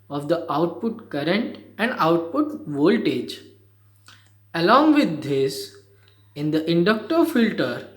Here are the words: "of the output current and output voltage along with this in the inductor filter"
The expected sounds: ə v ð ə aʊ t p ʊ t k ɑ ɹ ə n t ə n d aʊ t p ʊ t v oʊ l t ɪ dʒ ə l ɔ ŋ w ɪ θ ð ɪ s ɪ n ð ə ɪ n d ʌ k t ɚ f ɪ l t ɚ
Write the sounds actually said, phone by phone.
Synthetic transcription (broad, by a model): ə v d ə aʊ t p ʊ t k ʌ ɹ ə n t ə n d aʊ t p ʊ t v oʊ l t ɪ dʒ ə l ɔ ŋ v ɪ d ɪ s ɪ n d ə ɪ n d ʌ k t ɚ f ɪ l t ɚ